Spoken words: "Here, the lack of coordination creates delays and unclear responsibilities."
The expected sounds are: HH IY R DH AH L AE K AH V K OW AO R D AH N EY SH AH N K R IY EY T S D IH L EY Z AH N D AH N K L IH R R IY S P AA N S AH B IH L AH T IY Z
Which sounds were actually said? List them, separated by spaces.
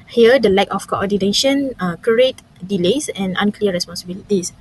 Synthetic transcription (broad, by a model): HH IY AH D AH L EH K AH F K OW AO D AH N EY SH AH N K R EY T D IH L EY S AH N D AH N K L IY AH R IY S P AA N S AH B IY L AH T IY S